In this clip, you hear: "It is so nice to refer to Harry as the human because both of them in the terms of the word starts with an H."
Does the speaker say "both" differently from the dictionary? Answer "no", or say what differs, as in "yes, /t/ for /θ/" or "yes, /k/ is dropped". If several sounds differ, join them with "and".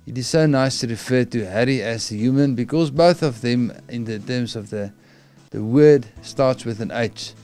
no